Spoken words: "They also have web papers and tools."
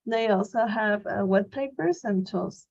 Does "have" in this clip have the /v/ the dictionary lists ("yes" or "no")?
yes